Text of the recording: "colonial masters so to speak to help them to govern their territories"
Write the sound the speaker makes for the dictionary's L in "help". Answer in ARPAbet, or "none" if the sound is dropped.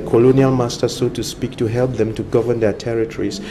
L